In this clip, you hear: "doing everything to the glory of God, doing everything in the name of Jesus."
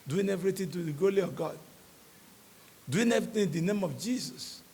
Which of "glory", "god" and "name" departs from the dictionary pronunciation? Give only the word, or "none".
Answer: glory